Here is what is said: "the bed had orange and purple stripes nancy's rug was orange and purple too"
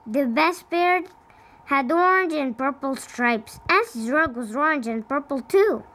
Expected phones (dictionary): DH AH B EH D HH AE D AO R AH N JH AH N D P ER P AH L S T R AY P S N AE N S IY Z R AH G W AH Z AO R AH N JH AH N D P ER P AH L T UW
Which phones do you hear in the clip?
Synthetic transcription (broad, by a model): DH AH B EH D HH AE D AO R N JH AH N P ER P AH L S T R AY P S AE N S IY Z R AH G W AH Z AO R N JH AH N P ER P L T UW